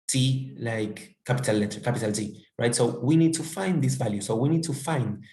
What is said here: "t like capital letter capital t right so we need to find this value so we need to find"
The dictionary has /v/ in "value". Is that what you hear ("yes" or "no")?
yes